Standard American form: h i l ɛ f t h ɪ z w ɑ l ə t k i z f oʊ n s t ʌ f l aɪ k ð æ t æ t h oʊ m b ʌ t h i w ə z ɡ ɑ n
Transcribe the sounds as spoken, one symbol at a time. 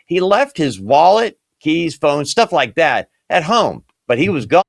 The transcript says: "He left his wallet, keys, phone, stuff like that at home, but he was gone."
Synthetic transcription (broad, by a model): h i l ɛ f t h ɪ z w ɑ l ə t k i z f oʊ n s t ʌ f l aɪ k ð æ t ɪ t h oʊ m b ʌ t h i w ə z ɡ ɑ